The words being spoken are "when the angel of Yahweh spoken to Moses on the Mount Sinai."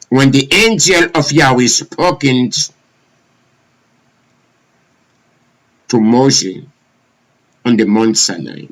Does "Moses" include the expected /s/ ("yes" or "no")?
no